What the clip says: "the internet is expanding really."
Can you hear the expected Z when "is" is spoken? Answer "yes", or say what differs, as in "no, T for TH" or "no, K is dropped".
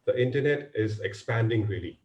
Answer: yes